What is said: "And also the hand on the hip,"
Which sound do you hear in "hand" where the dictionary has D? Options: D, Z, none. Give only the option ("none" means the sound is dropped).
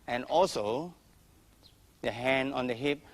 none